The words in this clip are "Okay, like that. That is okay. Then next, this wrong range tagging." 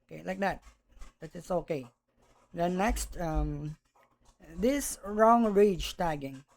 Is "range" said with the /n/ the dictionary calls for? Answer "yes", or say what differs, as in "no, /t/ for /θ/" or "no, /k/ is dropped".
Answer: no, /n/ is dropped